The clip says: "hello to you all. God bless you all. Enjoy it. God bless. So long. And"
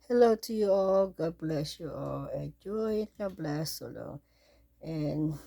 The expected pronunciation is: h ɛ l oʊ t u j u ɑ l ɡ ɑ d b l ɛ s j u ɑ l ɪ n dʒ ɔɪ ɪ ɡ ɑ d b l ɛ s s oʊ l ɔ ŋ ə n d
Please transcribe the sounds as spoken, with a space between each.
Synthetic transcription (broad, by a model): h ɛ l oʊ t u j u ɑ l ɡ ɑ d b l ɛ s j u ɑ l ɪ dʒ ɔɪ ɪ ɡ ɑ b l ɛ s s oʊ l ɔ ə n